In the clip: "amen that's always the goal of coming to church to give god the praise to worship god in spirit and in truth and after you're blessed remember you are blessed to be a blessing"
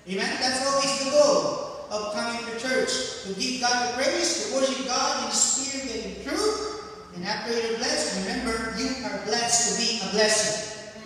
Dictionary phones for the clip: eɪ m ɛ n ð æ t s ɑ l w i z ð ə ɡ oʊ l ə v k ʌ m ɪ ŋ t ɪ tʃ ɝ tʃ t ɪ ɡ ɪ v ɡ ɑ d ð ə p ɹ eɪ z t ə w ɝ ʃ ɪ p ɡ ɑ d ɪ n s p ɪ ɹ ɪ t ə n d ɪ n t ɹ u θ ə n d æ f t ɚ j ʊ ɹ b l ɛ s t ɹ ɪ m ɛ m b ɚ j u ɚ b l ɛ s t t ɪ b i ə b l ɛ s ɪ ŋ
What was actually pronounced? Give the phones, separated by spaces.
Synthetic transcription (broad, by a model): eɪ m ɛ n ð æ t s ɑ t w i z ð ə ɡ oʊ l ə v k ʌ m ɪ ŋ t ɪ tʃ ɝ tʃ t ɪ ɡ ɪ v ɡ ɑ d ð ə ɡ ɹ eɪ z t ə w ɝ ʃ ɪ p ɡ ɑ d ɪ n s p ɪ ɹ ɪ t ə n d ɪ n t ɹ u θ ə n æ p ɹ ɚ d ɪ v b l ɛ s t ɹ ɪ m ɛ m b ɚ j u ɚ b l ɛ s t t ɪ b i ə b l ɛ s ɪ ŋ